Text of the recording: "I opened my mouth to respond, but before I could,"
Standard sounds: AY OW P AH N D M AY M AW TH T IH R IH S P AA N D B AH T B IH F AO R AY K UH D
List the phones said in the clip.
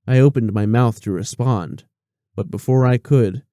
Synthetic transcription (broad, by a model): AY OW P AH N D M AY M AW TH T IH R IH S P AA N D B AH T B IH F AO R AY K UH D